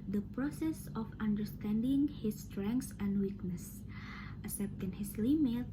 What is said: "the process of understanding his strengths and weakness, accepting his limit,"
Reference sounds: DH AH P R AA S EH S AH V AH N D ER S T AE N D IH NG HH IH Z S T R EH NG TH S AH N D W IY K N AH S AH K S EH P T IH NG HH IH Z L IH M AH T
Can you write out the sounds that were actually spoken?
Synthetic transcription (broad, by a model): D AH P R AA S EH S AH F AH N D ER S T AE N D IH NG HH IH S T R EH NG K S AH N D W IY K N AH S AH S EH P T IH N HH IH S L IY M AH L